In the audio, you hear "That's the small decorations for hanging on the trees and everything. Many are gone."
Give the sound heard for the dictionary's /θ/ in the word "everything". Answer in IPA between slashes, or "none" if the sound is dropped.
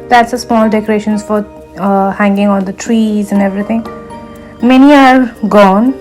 /t/